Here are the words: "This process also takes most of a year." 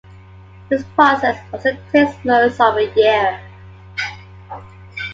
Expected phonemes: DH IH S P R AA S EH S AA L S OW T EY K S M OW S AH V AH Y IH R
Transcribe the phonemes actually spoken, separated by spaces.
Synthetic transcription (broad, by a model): DH IH S P R AA S EH S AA S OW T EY S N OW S AH V AH Y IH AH